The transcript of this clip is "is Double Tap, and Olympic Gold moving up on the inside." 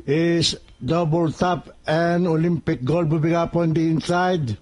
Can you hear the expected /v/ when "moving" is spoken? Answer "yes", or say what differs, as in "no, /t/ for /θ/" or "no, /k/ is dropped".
no, /b/ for /v/